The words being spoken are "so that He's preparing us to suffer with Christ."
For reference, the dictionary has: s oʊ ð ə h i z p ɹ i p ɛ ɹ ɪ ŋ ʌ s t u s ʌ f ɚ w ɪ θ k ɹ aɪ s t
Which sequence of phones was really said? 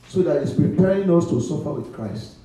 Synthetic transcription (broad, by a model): s oʊ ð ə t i s p ɹ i p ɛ ɹ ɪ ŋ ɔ s t u s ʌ f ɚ w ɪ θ k ɹ aɪ s t